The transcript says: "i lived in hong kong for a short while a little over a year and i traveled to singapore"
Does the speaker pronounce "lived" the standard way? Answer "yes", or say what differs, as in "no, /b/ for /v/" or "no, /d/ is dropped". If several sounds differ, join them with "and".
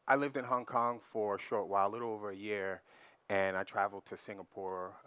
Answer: yes